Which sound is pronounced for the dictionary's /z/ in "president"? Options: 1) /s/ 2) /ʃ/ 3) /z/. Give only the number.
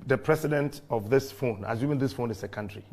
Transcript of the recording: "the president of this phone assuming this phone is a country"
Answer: 1